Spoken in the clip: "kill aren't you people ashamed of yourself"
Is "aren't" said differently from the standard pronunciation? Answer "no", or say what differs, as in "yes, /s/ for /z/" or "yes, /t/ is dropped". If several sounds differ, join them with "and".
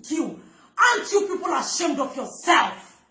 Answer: yes, /ɹ/ is dropped